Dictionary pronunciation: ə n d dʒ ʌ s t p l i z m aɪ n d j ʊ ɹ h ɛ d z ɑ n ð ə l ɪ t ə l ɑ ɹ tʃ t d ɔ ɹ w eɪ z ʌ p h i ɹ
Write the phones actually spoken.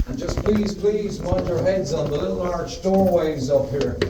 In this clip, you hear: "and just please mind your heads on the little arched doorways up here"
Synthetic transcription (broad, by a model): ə n dʒ ʌ s p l i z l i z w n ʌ ɹ h ɛ d z n ð ə l ɪ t l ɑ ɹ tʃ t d ɔ ɹ w eɪ z ʌ p h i ɹ